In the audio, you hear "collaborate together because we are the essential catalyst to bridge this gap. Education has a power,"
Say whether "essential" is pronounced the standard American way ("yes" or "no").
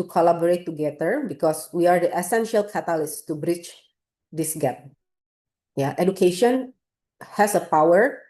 yes